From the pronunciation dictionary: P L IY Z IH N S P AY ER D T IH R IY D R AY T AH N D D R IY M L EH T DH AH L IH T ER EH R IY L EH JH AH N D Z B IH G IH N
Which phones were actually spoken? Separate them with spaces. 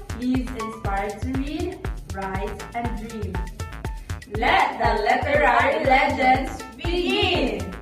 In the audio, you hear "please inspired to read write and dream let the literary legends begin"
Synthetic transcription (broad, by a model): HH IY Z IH N S P AY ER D T IH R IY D R AY T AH N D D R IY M L EH T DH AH L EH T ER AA IY L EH JH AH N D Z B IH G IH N